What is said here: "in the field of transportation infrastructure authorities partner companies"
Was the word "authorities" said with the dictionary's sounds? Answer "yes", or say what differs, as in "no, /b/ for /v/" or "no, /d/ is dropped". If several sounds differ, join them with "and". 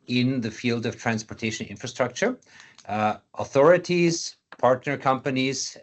yes